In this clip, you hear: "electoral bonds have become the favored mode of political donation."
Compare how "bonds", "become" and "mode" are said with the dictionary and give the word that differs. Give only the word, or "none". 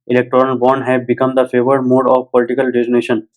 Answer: bonds